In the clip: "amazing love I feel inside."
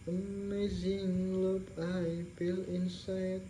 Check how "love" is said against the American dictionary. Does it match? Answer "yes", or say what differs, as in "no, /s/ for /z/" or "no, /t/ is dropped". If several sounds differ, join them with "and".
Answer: no, /p/ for /v/